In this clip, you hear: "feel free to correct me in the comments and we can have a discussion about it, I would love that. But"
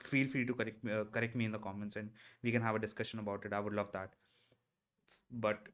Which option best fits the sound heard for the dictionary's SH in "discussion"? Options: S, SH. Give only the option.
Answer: SH